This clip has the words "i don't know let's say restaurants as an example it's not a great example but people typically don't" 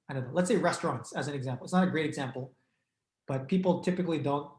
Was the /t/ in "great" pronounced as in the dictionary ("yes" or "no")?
yes